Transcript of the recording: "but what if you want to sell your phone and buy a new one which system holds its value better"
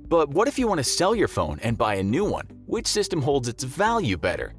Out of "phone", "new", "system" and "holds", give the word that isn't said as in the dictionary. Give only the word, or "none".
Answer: none